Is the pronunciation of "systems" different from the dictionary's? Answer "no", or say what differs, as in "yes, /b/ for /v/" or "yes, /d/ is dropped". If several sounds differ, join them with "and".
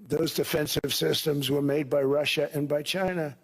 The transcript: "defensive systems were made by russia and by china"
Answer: no